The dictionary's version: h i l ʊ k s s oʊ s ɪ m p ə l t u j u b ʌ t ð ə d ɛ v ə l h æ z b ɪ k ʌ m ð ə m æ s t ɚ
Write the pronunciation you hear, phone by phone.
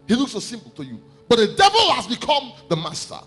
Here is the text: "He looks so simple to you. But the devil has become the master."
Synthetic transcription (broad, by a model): h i l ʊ k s s oʊ s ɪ m p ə l t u j u b ʌ t ð ə d ɛ v ə l h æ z b ɪ k ʌ m ð ə m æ s t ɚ